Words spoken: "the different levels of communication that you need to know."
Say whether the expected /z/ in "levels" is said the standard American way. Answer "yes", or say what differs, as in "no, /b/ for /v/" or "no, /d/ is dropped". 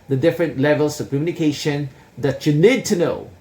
no, /s/ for /z/